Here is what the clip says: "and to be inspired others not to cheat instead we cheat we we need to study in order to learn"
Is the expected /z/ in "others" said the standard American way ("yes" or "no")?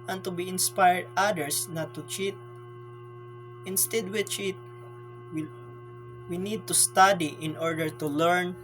no